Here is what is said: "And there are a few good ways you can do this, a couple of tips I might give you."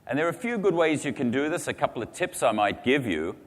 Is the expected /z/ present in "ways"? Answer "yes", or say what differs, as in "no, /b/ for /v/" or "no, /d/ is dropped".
yes